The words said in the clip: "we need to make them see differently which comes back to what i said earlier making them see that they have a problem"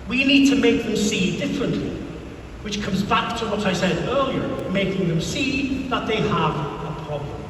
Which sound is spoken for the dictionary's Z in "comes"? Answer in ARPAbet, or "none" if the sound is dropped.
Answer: Z